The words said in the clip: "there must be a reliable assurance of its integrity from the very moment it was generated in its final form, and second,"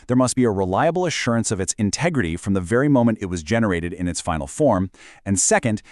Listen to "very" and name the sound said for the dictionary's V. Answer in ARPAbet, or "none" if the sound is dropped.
V